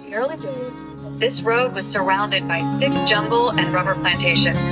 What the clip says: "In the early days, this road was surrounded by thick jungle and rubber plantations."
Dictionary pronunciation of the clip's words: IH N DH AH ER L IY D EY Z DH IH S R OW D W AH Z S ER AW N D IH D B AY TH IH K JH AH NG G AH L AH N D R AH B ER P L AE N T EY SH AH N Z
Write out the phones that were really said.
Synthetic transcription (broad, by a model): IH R L IY D EY Z DH IH S R OW D W AH Z S ER AW N D IH D B AY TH IH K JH AH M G L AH N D R AH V ER P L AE N T EY SH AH N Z